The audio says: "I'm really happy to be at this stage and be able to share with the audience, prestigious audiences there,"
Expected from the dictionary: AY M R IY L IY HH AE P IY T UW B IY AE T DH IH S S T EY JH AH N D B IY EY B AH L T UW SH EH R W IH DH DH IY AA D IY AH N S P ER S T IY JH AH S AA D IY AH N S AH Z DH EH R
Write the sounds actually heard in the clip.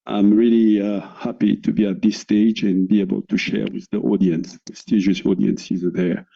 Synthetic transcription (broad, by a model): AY M R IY L IY HH AE P IY T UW B IY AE T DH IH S S T EY JH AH N B IY EY B AH L T UW SH EH R W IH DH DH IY AA D IY AH N S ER S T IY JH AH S AA D IY AH N S AH Z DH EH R